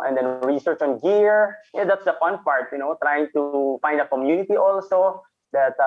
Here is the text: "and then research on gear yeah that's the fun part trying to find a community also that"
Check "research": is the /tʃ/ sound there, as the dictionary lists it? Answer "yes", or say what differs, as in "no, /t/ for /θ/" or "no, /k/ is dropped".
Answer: yes